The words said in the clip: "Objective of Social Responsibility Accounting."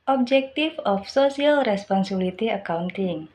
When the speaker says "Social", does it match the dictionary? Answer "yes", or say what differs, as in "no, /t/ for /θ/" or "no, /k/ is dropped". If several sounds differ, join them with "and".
no, /s/ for /ʃ/